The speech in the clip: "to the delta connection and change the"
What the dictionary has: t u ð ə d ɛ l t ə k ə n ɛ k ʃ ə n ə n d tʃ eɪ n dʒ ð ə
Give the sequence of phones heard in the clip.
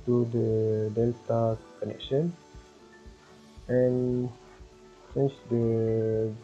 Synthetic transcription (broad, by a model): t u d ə d ɛ l t ə k ə n ɛ k ʃ ə n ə n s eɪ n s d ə